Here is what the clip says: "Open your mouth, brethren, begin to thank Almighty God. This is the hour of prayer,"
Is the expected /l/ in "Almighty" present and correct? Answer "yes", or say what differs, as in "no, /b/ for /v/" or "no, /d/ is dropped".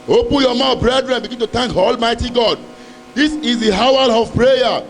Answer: yes